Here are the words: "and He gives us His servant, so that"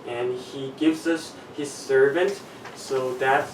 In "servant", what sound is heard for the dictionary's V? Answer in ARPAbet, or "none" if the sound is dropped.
V